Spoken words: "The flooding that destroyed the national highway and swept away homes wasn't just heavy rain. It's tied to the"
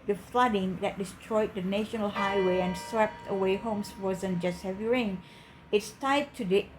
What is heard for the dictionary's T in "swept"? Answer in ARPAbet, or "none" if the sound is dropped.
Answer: T